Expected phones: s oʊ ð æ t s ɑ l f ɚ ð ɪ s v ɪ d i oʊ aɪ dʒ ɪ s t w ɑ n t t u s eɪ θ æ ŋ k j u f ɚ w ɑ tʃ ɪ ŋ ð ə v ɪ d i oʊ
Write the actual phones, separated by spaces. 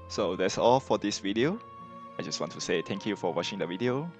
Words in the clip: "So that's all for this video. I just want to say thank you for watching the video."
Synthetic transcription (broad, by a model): s oʊ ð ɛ t s ɑ l f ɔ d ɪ s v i d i oʊ aɪ dʒ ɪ s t w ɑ n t t u s eɪ t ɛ ŋ k j u f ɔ w ɑ tʃ ɪ ŋ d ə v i d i oʊ